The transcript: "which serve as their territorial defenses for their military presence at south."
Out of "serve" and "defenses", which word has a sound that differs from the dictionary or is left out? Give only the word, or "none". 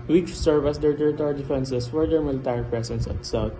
defenses